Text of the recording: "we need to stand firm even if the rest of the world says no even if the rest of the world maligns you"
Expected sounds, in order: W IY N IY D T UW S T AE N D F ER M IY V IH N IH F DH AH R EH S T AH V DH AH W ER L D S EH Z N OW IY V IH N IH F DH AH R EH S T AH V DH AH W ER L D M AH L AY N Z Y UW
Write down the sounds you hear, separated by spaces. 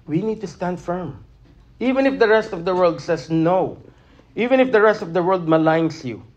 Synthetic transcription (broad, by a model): W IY N IY D T UW S T AE N D F ER M IY V IH N IH F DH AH R EH S T AH V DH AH W ER L D S EH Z N OW IY V IH N IH F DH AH R EH S T AH V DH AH W ER L D M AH L AY N S Y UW